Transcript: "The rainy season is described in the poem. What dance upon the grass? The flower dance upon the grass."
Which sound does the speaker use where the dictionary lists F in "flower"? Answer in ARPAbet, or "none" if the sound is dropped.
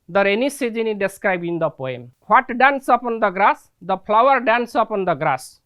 P